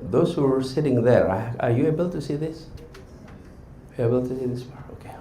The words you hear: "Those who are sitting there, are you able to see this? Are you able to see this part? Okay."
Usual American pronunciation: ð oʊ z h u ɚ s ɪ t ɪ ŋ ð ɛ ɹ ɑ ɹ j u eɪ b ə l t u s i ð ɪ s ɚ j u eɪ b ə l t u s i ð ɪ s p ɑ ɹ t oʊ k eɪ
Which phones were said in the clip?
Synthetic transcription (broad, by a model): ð oʊ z h u ɚ s ɪ t ɪ ŋ ð ɛ ɹ ɑ ɹ j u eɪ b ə l t u s i ð ɪ s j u eɪ b ə l t u s i ð ɪ s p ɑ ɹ oʊ k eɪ